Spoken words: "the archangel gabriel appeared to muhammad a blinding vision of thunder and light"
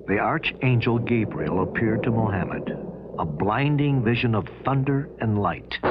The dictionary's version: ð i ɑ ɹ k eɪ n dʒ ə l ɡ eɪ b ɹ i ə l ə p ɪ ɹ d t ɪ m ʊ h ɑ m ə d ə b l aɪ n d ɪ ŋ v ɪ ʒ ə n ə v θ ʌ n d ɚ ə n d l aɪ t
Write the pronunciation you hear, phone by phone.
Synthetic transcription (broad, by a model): ð i ɑ ɹ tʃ eɪ n dʒ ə l ɡ eɪ b ɹ i l ə p ɪ ɹ d t ɪ m ʊ h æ m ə d ə b l aɪ n d ɪ ŋ v ɪ ʒ ə n ə v θ ʌ n d ɚ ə n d l aɪ t